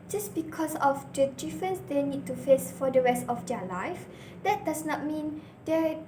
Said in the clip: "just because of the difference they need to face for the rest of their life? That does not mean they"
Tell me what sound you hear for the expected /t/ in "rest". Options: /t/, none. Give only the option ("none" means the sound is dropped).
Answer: /t/